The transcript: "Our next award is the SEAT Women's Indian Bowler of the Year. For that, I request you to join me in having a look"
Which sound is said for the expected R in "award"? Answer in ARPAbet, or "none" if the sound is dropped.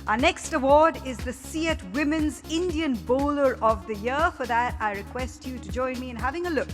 R